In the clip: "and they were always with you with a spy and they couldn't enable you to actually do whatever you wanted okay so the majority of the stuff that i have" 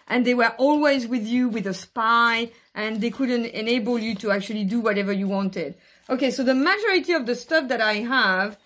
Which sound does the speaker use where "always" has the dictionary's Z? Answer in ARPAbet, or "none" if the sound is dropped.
Z